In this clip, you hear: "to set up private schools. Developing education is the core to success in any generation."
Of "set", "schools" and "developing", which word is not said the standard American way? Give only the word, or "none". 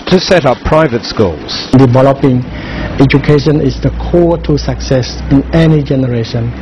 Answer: none